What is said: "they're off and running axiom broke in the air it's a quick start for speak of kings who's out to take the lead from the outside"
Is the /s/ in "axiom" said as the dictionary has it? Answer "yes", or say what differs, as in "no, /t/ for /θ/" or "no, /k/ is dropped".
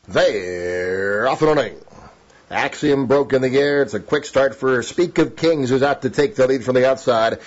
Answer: yes